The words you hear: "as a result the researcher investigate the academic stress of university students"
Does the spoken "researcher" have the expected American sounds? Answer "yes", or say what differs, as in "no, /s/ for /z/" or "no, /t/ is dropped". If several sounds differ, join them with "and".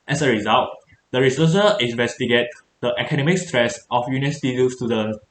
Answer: no, /s/ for /tʃ/